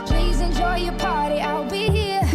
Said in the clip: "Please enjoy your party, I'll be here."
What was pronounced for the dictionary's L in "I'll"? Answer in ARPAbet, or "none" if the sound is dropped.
L